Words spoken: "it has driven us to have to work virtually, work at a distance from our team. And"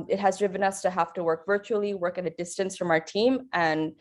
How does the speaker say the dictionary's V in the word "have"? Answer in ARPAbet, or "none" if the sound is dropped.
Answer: F